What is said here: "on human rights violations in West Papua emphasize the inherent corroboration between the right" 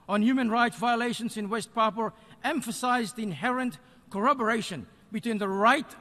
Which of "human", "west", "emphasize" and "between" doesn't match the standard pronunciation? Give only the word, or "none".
none